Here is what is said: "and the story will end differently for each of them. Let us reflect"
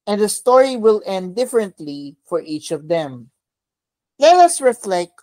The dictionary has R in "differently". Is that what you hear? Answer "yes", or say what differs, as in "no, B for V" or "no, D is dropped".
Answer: yes